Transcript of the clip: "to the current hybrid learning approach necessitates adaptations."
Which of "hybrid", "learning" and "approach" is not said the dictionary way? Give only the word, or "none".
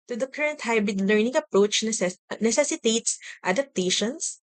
none